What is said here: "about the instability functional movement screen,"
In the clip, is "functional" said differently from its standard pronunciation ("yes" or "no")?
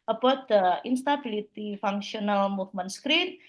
yes